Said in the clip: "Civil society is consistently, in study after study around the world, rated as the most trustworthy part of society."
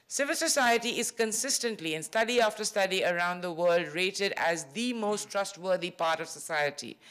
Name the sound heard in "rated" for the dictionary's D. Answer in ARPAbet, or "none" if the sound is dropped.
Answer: D